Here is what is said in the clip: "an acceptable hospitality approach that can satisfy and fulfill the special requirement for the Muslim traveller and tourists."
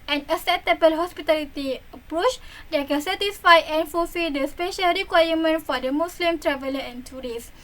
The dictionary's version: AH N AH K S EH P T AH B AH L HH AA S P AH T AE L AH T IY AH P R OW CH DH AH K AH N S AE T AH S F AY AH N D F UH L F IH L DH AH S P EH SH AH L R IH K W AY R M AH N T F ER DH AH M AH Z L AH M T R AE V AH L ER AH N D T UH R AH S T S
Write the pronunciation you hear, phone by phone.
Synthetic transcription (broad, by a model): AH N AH S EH T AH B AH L HH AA S P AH T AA L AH T IY AH P R OW CH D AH K AH N S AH T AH S F AY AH N F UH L F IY L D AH S P EH SH AH L R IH K W AY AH M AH N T F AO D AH M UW S L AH M T R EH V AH L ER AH N T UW R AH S S